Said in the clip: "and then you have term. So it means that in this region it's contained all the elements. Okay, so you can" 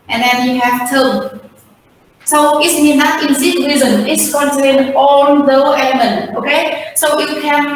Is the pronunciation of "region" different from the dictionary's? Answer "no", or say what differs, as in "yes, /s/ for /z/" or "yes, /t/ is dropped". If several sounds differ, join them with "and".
yes, /z/ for /dʒ/